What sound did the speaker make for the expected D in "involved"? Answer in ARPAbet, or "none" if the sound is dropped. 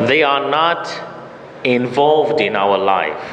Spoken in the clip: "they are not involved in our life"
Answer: D